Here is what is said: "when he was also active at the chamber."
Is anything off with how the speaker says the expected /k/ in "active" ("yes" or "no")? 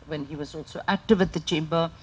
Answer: no